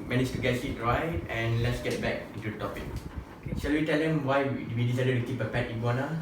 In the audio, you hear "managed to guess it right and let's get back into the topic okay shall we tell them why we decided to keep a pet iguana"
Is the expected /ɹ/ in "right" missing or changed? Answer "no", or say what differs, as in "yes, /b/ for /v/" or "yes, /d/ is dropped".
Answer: no